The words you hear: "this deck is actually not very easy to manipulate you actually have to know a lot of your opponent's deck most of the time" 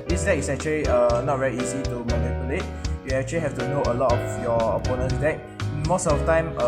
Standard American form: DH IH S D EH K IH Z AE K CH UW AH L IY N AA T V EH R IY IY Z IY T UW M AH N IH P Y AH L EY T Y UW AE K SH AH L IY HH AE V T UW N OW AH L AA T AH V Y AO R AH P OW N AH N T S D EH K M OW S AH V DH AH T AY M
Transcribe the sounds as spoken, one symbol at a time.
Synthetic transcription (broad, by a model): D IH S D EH IH S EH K CH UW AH L IY N AA T V EH R IY IY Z IY T UW M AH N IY P Y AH L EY T Y UW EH K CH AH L IY HH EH F T UW N OW AH L AA T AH F Y AO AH P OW N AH N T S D EH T M OW S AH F T AY M